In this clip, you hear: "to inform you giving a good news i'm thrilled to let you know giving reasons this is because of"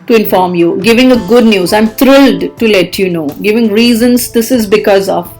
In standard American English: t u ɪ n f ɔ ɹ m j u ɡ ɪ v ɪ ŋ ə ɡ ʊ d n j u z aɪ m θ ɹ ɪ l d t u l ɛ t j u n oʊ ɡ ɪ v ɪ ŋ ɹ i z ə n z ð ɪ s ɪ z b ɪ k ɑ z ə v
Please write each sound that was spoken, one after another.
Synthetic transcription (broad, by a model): t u ɪ n f ɔ ɹ m j u ɡ ɪ v ɪ ŋ ə ɡ ʊ d n j u z aɪ m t ɹ ɪ l d t u l ɛ t j u n oʊ ɡ ɪ v ɪ ŋ ɹ i z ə n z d ɪ s ɪ z b ɪ k ɑ z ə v